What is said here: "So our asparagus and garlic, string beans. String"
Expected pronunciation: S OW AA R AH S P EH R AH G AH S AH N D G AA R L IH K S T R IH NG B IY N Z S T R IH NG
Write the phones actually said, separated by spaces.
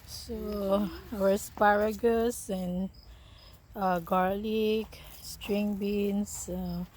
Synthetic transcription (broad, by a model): S OW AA W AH S P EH R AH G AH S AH N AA G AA R L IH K S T R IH NG B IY N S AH